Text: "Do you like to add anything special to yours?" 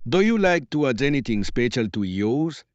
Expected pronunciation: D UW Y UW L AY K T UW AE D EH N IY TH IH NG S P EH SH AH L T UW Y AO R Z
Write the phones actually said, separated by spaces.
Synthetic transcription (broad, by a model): D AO Y UW L AY K T UW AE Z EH N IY T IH NG S P EH SH AH L T UW Y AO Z